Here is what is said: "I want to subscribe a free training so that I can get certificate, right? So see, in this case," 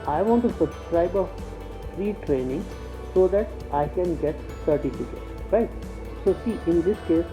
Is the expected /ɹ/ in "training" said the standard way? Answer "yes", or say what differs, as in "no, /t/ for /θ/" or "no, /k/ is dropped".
yes